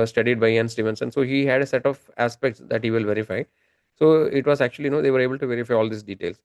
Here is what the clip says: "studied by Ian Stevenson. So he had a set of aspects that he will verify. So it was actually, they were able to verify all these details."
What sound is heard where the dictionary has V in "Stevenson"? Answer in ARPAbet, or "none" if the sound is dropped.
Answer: V